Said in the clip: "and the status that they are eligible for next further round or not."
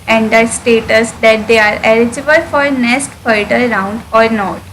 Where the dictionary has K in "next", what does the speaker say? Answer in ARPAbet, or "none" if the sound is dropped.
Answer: none